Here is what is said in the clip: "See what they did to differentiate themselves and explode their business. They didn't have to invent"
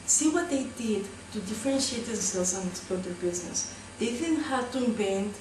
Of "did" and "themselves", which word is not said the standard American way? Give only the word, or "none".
themselves